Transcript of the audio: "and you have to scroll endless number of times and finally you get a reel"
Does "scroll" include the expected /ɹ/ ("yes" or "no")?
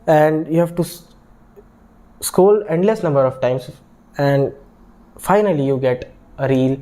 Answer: no